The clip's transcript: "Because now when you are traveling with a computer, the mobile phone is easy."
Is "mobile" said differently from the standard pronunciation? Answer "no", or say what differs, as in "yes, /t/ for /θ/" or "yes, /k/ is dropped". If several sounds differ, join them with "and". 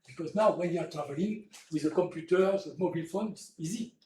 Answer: no